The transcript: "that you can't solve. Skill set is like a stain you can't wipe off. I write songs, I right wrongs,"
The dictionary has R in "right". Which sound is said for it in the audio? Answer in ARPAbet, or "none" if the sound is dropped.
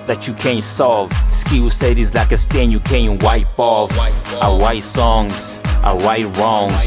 W